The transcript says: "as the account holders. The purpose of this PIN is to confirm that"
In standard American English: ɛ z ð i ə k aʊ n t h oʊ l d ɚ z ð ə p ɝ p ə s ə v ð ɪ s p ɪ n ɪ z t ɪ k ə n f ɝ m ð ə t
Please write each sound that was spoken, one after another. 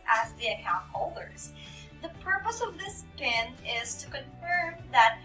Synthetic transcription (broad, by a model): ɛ z ð i ə k aʊ n t h oʊ l d ɚ z ð ə p ɝ p ə s ə v ð ɪ s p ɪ n ɪ z t ɪ k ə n f ɝ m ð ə t